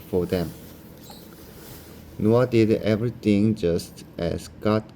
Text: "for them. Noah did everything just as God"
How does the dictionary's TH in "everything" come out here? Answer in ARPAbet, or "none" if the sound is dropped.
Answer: T